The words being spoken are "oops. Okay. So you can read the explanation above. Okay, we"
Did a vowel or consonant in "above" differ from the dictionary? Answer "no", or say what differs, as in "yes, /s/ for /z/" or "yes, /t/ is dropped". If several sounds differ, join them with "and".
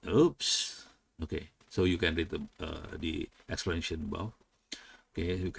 yes, /f/ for /v/